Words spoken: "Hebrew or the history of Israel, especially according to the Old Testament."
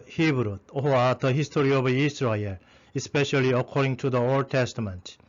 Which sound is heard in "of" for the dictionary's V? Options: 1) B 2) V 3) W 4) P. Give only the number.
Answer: 1